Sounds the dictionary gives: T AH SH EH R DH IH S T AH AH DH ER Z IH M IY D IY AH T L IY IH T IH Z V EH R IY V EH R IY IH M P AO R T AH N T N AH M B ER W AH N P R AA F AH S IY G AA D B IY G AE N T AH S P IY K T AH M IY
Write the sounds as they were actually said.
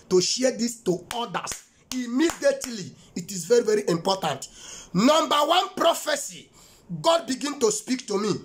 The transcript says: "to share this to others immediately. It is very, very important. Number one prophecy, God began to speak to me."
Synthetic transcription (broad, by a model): T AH SH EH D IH S T AH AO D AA S IH M IY D IY AH T L IY IH T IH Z V EH R IY V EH R IY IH M P AO T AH N T N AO M B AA W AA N P R AA F AH S IY G AA D B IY G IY N T AH S P IY K T AH M IY